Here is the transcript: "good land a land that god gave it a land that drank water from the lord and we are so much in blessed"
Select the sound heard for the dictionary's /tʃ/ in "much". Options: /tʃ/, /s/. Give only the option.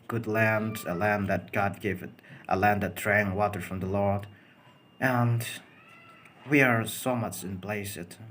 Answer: /tʃ/